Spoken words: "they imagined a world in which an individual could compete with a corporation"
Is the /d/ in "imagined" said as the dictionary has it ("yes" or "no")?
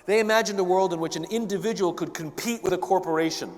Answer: yes